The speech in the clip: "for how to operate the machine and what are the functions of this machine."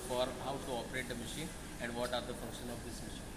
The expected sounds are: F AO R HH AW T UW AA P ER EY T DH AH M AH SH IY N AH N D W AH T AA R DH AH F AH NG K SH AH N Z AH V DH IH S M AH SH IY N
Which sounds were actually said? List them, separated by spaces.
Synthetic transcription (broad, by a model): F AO R HH AW T UW AA P ER EY T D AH M AH SH IY N AH N D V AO T AA R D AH F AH NG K SH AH N AH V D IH S M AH SH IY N